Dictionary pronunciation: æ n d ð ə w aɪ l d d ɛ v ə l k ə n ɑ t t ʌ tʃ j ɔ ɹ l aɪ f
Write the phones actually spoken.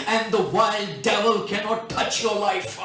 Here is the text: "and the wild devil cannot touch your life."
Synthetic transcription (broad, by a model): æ n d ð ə w aɪ l d d ɛ v ə l k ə n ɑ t t ʌ tʃ j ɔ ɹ l aɪ f